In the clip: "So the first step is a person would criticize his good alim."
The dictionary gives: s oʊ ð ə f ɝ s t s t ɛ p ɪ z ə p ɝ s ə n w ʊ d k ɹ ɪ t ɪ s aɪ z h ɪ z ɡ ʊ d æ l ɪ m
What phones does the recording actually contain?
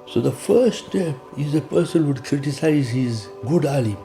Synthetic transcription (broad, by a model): s oʊ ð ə f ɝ t s t ɛ p ɪ z ə p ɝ s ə n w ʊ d k ɹ ɪ t ɪ s aɪ z h ɪ z ɡ ʊ d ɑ l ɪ